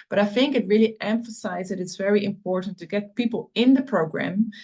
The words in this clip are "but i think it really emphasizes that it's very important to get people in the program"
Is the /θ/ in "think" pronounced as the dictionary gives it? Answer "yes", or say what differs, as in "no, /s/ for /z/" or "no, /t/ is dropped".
yes